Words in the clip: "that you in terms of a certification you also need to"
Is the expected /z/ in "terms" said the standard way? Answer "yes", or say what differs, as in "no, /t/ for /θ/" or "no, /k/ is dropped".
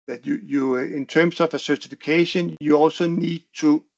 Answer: no, /s/ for /z/